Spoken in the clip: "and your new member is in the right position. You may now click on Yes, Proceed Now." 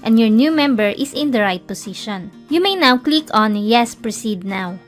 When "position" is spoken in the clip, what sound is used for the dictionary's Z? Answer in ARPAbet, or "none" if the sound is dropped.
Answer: S